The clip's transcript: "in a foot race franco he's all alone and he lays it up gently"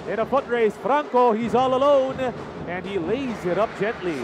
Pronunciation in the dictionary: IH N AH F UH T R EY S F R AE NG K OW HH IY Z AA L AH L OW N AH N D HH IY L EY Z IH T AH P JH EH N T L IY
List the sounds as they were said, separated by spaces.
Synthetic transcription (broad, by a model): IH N AH F UH T R EY S F R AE NG K OW HH IY Z AA L AH L OW N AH N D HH IY L EY Z IH T AH P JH EH N T L IY